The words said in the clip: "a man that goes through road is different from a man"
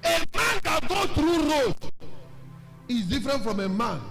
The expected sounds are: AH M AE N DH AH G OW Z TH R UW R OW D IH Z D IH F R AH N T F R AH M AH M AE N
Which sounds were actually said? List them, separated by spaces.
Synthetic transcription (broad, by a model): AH M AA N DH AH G OW TH R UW R OW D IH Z D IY F R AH N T F R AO M AH M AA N